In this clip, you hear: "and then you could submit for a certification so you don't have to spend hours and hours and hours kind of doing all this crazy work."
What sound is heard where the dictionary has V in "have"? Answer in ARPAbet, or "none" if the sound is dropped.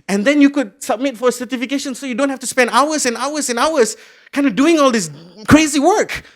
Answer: F